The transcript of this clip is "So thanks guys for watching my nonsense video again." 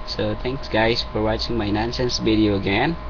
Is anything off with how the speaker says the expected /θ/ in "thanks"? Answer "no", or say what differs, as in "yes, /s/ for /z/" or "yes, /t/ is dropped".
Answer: yes, /t/ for /θ/